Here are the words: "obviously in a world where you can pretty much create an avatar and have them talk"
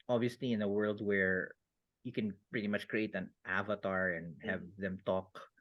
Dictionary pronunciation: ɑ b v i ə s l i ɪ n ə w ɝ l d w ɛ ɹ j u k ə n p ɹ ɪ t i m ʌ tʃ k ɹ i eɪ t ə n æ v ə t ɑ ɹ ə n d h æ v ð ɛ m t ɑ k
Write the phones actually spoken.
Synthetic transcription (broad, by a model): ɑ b v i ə s l i ɪ n ə w ɝ l d w ɛ ɹ j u k ə n p ɹ ɪ t i m ʌ tʃ k ɹ i eɪ t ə n æ v ə t ɑ ɹ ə n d h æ v ð ɛ m t ɑ k